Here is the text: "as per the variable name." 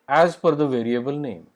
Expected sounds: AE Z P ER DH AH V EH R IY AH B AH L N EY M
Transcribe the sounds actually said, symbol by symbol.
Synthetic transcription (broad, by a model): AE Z F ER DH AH V EH R IY AH B AH L N EY M